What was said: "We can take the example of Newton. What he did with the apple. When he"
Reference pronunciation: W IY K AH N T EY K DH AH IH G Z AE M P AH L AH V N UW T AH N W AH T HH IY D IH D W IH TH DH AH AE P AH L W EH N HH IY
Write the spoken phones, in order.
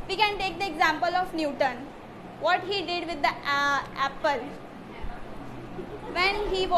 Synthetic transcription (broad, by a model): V IY K AH N T EY K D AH IH G Z AE M P AH L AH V N UW T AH N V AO T HH IY D IH D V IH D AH AE P AH L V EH N HH IY